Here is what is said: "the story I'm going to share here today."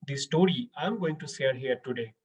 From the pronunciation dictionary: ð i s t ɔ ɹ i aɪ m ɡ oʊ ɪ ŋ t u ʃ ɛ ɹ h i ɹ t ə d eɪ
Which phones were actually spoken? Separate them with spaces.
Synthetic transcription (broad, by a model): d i s t ɔ ɹ i aɪ m ɡ oʊ ɪ ŋ t u s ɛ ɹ h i ɹ t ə d eɪ